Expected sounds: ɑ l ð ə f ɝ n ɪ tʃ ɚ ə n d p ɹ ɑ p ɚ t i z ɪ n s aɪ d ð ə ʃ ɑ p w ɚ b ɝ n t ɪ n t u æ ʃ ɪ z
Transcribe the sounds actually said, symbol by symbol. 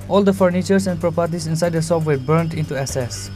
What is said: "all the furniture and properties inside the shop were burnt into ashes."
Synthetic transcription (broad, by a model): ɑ l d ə f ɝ n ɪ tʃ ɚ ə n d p ɹ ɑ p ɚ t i s ɪ n s aɪ d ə s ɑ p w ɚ b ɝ n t ɪ n t u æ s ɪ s